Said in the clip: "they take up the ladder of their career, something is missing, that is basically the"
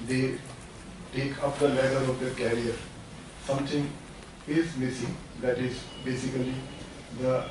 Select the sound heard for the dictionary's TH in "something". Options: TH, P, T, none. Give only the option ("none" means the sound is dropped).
T